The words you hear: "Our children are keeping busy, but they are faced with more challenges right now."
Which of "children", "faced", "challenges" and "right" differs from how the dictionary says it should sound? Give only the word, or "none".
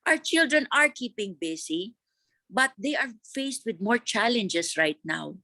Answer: challenges